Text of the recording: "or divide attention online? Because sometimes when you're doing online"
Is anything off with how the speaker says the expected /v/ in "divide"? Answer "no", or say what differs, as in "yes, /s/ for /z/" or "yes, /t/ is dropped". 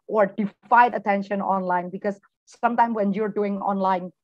yes, /f/ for /v/